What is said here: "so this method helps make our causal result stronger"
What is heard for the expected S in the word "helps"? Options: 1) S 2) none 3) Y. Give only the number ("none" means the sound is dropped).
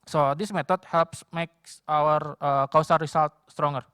1